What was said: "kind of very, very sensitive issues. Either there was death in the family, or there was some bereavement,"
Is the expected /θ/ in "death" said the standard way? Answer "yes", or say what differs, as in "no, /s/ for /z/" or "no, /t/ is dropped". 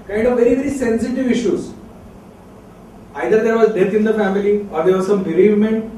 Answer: no, /t/ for /θ/